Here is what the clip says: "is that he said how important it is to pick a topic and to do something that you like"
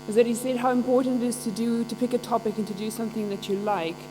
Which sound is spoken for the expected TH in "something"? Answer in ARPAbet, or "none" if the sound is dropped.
TH